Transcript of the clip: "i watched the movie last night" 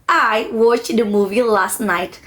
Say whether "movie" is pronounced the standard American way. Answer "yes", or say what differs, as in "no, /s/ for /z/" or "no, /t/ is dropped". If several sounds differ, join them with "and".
yes